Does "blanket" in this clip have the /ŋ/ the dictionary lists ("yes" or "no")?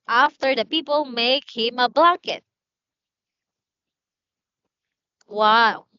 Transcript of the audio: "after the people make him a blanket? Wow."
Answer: no